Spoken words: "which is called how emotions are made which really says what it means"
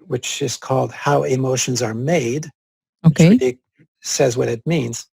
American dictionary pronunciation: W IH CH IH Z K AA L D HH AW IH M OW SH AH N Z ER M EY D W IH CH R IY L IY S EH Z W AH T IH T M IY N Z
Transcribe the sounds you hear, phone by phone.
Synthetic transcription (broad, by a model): W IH CH IH Z K AA L D HH AW IH M OW SH AH N Z ER M EY D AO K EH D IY S EH Z W AH T IH T M IY N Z